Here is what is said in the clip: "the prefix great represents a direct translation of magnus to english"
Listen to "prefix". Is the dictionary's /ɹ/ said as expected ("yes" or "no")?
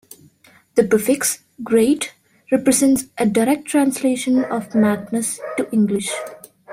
no